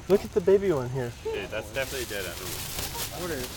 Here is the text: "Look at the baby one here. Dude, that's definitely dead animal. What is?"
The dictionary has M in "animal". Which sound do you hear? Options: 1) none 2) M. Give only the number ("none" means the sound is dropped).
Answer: 1